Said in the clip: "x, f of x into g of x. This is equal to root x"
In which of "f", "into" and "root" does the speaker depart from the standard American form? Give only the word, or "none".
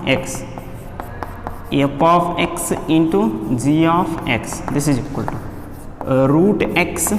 f